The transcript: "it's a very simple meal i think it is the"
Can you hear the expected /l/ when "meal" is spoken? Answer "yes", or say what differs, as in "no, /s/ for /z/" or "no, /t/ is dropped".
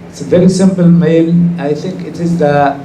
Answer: no, /n/ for /l/